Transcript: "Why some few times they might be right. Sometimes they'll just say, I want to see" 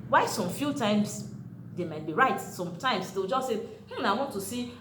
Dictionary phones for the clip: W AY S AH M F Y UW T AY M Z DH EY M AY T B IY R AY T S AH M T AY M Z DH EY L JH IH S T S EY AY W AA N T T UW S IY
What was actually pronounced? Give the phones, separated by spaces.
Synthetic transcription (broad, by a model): W AY S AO M F Y UW T AY M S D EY M AY T B IY R AY T S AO M T AY M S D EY W JH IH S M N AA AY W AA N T T UW S IY